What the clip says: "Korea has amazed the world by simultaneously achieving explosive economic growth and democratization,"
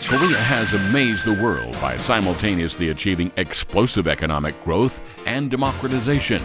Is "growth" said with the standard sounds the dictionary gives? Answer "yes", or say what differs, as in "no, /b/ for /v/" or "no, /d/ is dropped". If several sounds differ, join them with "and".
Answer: yes